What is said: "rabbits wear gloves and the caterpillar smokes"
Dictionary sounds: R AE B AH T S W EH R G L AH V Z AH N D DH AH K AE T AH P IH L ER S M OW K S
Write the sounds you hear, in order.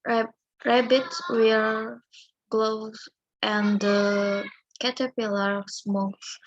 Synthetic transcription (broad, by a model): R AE B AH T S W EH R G L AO Z AH N D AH K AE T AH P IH L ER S M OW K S